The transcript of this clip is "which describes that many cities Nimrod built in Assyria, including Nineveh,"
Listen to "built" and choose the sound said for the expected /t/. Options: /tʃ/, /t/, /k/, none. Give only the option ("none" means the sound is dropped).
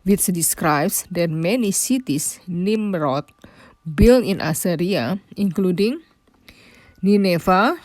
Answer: none